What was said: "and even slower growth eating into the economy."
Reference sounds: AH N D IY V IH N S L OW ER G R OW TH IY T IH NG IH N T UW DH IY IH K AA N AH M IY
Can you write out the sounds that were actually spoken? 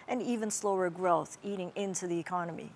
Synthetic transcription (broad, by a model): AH N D IY V IH N S L OW ER G R OW TH IY T IH NG IH N T UW DH IY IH K AA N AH M IY